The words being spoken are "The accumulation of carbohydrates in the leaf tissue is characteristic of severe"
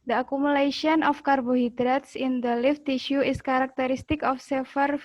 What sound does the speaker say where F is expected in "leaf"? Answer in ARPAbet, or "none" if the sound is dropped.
F